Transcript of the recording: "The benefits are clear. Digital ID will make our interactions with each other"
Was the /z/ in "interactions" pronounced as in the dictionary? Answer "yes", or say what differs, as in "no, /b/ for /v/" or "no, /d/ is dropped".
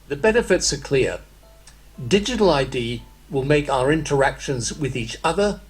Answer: yes